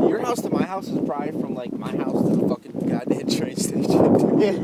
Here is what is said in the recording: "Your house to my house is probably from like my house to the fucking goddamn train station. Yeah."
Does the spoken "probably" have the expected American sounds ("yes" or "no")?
no